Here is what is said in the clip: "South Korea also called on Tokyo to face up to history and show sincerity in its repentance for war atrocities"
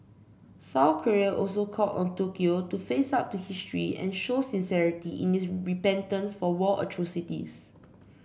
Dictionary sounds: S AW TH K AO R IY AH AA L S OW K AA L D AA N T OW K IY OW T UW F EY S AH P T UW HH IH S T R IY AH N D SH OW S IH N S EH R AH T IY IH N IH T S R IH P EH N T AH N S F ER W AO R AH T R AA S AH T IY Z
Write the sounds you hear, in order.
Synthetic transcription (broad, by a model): S AW K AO R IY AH AA L S OW K AA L AA N T OW K IY OW T UW F EY S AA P T UW HH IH S T R IY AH N SH OW S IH N S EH R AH T IY IH N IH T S R IH P EH N T AH N S F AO W AO L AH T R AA S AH T IY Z